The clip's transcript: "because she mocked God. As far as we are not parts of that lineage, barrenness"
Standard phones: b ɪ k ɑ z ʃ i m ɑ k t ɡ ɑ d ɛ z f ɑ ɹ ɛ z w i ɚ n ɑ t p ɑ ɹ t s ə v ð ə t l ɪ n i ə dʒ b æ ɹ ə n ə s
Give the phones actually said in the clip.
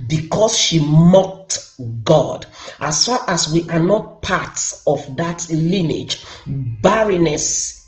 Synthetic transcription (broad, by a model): b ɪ k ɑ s ʃ i m ɑ k t ɡ ɑ d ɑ s f ɑ ɹ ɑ s w i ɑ n ɑ t p ɑ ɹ t s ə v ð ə t l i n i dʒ b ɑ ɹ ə n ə s